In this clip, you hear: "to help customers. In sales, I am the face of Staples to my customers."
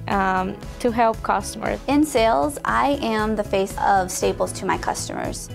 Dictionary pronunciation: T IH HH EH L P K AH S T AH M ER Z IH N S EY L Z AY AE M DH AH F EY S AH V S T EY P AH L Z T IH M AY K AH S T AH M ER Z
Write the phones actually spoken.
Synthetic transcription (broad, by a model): T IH HH EH L P K AH S T AH M ER Z IH N S EY L Z AY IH M DH AH F EY S AH V S T EY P L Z T IH M AY K AH S T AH M ER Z